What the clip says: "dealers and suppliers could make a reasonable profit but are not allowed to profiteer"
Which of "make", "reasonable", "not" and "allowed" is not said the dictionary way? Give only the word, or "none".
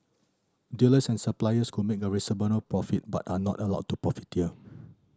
reasonable